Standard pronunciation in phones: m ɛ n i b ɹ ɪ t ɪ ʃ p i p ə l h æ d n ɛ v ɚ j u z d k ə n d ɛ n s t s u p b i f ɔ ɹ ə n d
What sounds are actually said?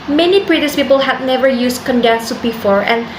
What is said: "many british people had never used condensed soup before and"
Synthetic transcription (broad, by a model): m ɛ n i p ɹ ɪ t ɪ s p i p ə l h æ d n ɛ v ɚ j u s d k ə n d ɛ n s s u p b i f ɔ ɹ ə n